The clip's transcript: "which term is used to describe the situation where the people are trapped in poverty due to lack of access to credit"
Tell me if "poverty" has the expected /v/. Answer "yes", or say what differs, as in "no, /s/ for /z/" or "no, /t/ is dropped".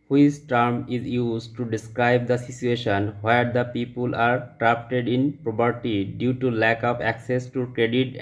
no, /p/ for /v/